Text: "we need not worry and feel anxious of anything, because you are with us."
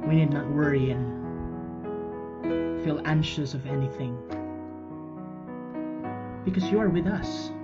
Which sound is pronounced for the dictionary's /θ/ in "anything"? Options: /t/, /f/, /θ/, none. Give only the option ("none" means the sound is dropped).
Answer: /θ/